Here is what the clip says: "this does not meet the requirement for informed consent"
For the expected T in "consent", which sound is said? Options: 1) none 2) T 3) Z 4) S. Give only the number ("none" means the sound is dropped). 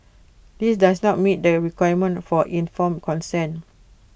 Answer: 1